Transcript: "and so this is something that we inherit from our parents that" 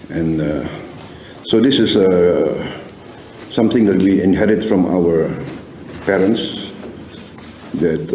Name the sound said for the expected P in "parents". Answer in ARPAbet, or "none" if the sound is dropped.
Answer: P